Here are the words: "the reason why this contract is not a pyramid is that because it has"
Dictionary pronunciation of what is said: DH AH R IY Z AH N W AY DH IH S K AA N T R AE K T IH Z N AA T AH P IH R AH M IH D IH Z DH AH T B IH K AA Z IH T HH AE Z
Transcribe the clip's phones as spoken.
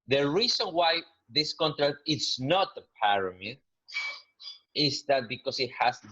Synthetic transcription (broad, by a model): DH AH R IY S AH N W AY DH IH S K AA N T R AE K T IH S N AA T AH P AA R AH M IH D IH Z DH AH T B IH K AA S IH T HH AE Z